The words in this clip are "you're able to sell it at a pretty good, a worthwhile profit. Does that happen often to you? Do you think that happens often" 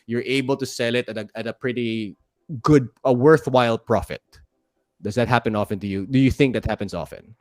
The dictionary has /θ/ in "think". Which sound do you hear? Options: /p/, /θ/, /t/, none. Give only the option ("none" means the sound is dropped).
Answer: /θ/